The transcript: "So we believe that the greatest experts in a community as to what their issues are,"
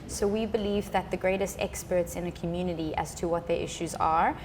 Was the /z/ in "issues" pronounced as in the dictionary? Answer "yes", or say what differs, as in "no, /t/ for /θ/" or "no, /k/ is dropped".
yes